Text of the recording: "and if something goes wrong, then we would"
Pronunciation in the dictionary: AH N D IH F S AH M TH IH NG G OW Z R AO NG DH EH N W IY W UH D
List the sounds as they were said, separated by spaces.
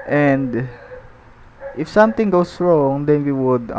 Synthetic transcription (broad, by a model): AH N D IH F S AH M T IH NG G OW S R AO NG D EH N W IY W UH D